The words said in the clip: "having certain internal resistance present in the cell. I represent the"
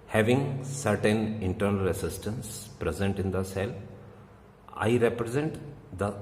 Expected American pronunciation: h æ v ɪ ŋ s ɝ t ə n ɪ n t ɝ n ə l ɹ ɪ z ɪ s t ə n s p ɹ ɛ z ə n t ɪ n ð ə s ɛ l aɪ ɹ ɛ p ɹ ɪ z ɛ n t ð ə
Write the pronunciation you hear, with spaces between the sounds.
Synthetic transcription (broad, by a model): h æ v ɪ ŋ s ɝ t ə n ɪ n t ɝ n ə l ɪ s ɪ s t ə n s p ɹ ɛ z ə n t ɪ n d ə s ɛ l aɪ ɹ ɛ p ɹ ɪ z ɛ n t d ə